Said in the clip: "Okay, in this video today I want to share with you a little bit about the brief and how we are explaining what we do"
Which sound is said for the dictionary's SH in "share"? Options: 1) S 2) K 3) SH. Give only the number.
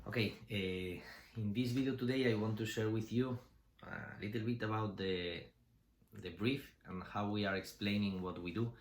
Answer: 3